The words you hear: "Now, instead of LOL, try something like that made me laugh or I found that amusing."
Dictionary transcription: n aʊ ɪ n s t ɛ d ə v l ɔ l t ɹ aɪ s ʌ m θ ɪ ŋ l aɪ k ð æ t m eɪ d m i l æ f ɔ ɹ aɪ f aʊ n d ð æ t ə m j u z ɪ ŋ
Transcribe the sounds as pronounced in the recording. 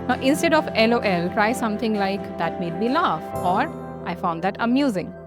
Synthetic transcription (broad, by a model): n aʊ ɪ n s t ɛ d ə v l ɔ l t ɹ aɪ s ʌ m t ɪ ŋ l aɪ k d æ t m eɪ d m i l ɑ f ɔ ɹ aɪ f aʊ n d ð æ t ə m j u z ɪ ŋ